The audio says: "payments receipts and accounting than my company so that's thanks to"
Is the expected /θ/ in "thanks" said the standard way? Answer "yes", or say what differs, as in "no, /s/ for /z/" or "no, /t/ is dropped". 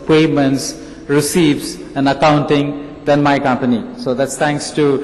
no, /t/ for /θ/